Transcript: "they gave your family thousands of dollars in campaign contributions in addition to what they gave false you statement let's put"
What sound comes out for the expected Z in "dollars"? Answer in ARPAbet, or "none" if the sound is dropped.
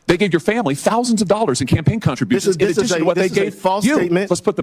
Z